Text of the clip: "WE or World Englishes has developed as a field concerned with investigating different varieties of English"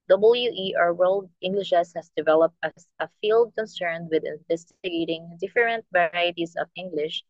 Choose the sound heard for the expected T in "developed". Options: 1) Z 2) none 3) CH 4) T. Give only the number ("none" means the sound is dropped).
4